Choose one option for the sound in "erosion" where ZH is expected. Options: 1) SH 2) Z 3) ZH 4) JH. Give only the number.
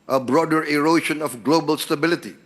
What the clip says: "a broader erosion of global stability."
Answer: 1